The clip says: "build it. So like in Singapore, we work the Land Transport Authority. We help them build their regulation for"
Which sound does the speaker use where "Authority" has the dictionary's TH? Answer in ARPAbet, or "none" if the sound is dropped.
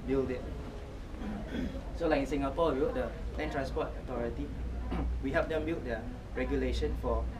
T